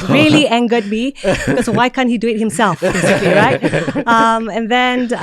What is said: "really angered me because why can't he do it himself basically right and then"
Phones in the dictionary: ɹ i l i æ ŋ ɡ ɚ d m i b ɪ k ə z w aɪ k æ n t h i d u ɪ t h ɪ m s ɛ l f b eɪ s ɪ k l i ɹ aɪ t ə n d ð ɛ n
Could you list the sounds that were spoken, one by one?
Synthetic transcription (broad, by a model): ɹ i l i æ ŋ ɡ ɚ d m i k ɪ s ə w aɪ k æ n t h i d u ɪ t h ɪ m s ɛ l f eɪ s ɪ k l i ɹ aɪ t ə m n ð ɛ n